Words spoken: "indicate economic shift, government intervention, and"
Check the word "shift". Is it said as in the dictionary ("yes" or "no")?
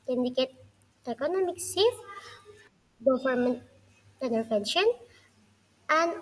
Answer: no